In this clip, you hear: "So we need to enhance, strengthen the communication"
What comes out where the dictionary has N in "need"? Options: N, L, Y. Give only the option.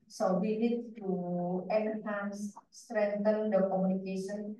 L